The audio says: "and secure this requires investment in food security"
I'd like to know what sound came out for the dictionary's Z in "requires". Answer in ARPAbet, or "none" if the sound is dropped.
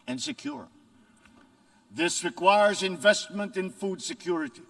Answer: Z